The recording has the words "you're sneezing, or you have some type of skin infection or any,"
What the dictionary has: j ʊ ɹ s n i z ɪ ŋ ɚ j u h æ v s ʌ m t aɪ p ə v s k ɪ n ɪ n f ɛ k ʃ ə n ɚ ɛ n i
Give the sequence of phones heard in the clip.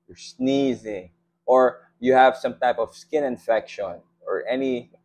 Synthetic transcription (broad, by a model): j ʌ ɹ s n i z ɪ ŋ ɚ j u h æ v s ʌ m t aɪ p ə v s k ɪ n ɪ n f ɛ k ʃ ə n ɚ ɛ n i